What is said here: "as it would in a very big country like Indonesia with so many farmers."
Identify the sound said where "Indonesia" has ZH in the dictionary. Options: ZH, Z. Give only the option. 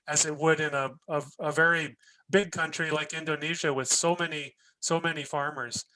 ZH